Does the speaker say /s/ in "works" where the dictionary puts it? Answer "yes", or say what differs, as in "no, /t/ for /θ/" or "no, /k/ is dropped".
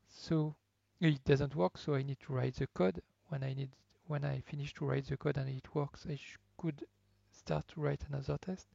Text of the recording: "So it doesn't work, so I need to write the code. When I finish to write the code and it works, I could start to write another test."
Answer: yes